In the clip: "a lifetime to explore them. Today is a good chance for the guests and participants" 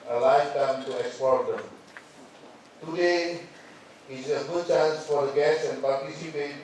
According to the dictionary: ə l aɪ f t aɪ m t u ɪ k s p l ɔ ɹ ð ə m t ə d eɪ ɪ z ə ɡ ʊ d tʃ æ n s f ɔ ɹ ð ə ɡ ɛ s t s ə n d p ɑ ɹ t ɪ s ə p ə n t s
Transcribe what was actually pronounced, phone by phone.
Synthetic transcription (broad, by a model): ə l aɪ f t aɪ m t u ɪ k s p ɔ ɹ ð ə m t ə d eɪ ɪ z ə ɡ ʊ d tʃ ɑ n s f ɔ ɹ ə ɡ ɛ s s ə n p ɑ ɹ t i s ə p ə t